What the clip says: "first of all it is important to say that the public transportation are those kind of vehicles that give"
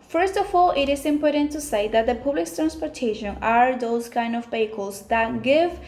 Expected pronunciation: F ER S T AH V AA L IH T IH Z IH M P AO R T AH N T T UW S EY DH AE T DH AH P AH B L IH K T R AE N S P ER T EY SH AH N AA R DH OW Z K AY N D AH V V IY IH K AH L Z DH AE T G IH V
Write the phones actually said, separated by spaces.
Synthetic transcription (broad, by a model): F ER S T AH F AA L IH T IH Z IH M P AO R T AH N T T UW S EY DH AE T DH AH P AH B L IH K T R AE N S P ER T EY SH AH N AA R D OW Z K AY N D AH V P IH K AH L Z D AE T G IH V